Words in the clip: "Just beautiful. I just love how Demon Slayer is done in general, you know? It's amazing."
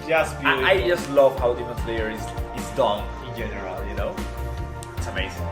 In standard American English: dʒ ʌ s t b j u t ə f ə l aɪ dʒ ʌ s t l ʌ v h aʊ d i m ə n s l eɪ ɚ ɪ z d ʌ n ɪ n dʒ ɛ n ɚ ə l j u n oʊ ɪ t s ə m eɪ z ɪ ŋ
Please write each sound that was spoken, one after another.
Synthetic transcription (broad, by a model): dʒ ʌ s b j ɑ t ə ə dʒ ʌ s t l ʌ v h aʊ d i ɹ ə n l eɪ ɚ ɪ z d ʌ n ɪ n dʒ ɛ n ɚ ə l j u n oʊ ɪ t s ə m eɪ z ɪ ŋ